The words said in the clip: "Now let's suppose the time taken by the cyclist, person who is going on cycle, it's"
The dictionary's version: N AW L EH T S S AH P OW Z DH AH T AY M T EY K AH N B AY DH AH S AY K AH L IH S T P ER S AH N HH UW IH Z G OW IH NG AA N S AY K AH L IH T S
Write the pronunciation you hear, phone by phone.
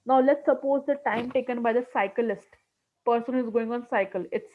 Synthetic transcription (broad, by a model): N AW L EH T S S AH P OW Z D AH T AY M T EY K AH N B AY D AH S AY K AH L IH S T P ER S AH N HH UW IH Z G OW IH NG AA N S AY K AH L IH T S